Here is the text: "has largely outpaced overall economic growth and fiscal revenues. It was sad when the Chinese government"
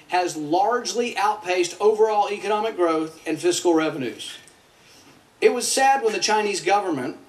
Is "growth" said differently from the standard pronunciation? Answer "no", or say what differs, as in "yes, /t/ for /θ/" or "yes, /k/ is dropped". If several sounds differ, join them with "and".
no